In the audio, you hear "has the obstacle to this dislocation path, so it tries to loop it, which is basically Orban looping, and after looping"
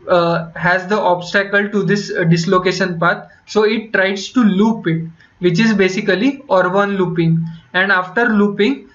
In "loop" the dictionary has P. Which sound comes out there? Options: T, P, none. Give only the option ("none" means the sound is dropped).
P